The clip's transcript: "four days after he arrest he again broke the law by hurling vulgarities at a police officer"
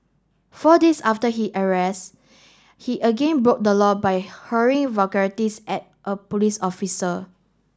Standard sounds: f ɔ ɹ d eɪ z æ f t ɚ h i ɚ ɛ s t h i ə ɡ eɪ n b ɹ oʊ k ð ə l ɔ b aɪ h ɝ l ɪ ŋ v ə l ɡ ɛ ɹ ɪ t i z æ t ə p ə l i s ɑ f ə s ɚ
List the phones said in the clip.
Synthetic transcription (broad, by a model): f ɔ d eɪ s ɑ f t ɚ h i ɚ ɛ s t h i ə ɡ eɪ n b ɹ oʊ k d ə l ɔ b aɪ h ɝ ɪ ŋ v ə ɡ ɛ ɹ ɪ t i s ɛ t ə p ə l i s ɑ f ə s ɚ